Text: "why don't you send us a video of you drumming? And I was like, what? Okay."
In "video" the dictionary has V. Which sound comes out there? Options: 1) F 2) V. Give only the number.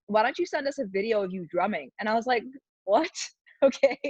2